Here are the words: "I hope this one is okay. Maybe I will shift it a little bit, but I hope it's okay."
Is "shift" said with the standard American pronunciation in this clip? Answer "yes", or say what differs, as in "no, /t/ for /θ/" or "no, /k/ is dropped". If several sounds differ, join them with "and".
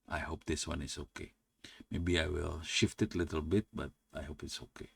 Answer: yes